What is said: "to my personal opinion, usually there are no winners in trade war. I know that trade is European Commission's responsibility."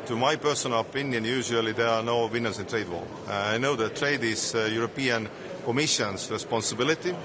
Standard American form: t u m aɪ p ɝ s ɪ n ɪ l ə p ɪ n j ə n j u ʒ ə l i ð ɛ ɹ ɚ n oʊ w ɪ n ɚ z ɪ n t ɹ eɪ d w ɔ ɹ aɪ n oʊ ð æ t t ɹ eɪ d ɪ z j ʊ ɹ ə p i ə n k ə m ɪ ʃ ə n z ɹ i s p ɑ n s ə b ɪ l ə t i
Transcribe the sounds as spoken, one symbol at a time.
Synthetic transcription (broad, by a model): t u m aɪ p ɝ s ɪ n ɪ l ə p ɪ n j ə n j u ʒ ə l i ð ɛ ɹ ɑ n oʊ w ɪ n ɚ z ɪ n t ɹ eɪ d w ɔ l aɪ n oʊ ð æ t t ɹ eɪ d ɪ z j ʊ ɹ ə p i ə n k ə m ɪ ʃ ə n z ɹ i s p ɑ n s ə b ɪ l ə t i